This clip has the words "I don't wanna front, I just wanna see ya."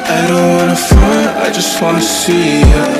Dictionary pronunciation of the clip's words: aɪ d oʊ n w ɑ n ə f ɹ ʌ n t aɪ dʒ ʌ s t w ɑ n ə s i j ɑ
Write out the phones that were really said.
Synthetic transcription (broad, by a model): aɪ d oʊ n w ɑ n ə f ʌ aɪ dʒ ʌ s t w ɑ n ə s i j